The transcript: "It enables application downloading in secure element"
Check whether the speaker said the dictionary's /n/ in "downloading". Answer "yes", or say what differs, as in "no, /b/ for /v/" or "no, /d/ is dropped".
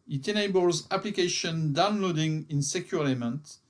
yes